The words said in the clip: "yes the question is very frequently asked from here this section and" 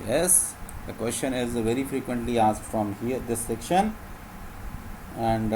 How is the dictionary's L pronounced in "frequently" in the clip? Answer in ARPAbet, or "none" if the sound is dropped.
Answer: L